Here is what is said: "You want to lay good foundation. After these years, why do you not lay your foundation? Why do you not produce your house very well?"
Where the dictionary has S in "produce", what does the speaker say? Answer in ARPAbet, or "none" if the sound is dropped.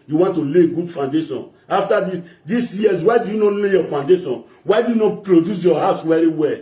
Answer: S